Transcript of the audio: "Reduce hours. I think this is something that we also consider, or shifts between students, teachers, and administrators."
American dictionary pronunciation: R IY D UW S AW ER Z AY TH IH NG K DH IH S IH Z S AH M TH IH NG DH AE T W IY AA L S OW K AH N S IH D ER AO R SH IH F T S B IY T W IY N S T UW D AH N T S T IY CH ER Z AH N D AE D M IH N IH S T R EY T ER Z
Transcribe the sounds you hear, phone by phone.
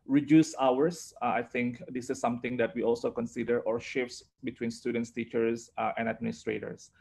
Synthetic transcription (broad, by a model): R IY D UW S AW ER S AY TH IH NG K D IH S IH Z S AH M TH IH NG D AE T W IY AA L S OW K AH N S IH D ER AO R SH IH F T S B IY T W IY N S T UW D AH N T S T IY CH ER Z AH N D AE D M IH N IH S T R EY T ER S